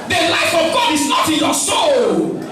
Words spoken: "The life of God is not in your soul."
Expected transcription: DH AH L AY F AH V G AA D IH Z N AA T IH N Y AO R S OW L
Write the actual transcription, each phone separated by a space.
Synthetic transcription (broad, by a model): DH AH L AY F AH V G AA D IH Z N AA T IH N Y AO S OW L